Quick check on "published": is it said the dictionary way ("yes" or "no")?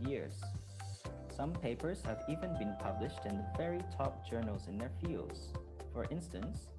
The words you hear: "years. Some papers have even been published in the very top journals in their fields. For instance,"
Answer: yes